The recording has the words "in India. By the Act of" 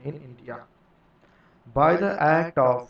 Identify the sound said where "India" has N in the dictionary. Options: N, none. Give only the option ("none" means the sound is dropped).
N